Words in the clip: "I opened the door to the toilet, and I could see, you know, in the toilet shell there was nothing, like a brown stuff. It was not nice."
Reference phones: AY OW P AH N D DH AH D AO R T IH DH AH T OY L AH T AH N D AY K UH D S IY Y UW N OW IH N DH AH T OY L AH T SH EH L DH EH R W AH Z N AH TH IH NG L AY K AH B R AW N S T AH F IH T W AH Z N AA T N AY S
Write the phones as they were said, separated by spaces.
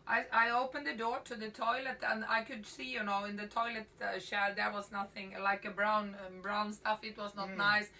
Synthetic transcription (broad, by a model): AY OW P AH N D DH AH D AO R T IH DH AH T OY L AH T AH N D AY K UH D S IY Y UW N OW IH N DH AH T OY L AH T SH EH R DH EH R W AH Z N AH TH IH NG L AY K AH B R AW N S T AH F IH T W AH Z N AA T N AY S